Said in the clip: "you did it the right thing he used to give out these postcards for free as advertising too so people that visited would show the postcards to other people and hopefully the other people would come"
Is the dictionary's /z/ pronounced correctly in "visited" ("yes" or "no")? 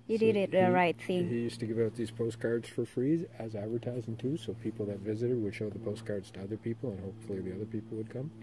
yes